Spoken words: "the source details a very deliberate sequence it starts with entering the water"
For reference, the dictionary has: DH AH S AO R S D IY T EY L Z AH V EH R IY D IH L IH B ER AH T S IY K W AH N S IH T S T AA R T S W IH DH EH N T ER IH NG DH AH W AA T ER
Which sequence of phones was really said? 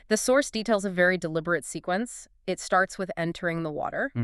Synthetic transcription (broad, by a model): DH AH S AO R S D IY T EY L Z AH V EH R IY D IH L IH B ER AH T S IY K W AH N S IH T S T AA R T S W IH DH EH N T ER IH NG DH AH W AA T ER